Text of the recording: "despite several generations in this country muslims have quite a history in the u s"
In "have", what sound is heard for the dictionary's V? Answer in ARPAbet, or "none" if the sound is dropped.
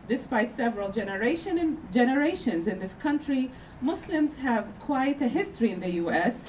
V